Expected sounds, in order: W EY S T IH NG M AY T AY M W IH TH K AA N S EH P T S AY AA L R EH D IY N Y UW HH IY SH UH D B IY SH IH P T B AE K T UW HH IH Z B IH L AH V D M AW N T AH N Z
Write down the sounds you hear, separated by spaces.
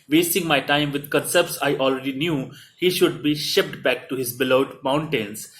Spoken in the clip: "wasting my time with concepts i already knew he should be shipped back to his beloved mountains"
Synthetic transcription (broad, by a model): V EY S T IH NG M AY T AY M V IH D K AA N S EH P T S AY AA L R EH D IY N Y UW HH IY SH UH D B IY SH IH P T B AE K T UW HH IH Z B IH L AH D M AW N T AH N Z